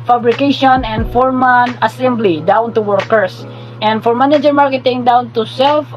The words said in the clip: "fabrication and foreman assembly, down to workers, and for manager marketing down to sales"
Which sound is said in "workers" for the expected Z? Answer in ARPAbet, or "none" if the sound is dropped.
S